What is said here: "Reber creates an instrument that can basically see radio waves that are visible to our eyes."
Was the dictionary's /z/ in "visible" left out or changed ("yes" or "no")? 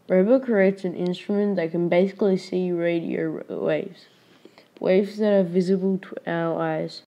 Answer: no